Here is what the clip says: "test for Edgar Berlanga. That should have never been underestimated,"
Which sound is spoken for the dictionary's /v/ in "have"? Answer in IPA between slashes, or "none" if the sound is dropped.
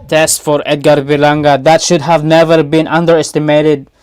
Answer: /v/